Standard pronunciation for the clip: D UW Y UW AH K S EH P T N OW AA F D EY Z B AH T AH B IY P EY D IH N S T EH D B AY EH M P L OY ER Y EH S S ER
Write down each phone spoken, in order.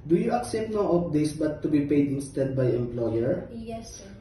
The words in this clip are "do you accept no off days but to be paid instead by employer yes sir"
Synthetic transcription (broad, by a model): D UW Y UW AH K S EH P T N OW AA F D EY S B AH T AH B IY P EY D IH N S T EH D B AY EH M P L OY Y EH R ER